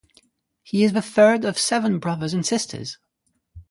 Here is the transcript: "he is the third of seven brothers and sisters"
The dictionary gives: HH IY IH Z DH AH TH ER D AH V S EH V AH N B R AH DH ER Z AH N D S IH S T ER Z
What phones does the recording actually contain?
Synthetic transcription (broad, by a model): HH IY IH Z DH AH TH ER D AH V S EH V AH N B R AH DH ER Z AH N S IH S T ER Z